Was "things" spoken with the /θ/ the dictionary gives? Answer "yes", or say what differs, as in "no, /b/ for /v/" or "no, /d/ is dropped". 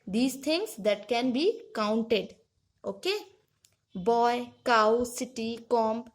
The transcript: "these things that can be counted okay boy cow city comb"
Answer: no, /t/ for /θ/